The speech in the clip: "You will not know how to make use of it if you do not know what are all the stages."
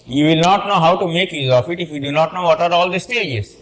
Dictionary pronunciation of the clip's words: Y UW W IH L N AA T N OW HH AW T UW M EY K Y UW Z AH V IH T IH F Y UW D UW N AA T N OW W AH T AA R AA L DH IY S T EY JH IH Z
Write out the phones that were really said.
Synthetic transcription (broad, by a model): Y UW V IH L N AA T N OW HH AW T UW M EY K Y UW Z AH F IH T IH F Y UW D UW N AA T N OW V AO T AA R AA L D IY S T EY JH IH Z